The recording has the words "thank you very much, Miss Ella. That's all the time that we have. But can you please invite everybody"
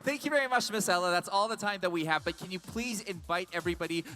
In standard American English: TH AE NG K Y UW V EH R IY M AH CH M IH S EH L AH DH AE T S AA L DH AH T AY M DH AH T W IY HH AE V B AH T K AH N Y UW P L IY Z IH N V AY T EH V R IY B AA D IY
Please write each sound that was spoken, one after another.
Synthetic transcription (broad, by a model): TH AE NG K Y UW V EH R IY M AH CH M IH S EH L AH DH AE T S AA L DH AH T AY M DH AH T W IY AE V B AH T K AH N Y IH P L IY Z IH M V AY T EH V R IY B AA D IY